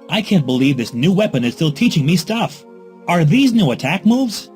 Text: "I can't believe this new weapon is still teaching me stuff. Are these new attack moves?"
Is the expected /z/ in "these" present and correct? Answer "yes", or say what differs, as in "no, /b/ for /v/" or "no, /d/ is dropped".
yes